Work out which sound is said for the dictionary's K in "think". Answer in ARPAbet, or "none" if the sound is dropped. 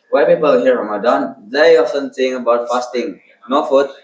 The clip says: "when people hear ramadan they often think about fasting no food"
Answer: none